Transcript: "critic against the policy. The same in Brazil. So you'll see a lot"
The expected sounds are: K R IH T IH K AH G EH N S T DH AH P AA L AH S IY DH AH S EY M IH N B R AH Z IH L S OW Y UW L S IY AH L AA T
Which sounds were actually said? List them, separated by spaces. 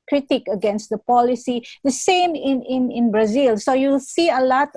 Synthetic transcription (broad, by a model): K R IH T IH K AH G EH N S T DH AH P AA L AH S IY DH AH S EY M IH N B R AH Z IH L S OW Y UW L S IY AH L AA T